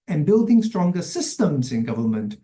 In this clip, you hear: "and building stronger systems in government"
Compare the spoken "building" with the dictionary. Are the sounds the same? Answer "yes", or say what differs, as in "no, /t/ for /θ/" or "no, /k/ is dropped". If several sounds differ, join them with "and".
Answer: yes